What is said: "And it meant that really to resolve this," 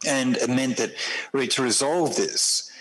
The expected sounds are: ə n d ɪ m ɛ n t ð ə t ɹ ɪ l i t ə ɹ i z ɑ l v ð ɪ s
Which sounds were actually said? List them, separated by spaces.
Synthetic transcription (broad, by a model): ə n ɪ m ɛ n ð ə t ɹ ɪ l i t ə ɹ i z ɑ l v ð ɪ s